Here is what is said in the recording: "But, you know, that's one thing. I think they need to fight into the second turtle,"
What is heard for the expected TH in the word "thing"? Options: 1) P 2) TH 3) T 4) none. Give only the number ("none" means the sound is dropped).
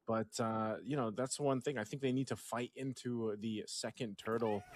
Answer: 2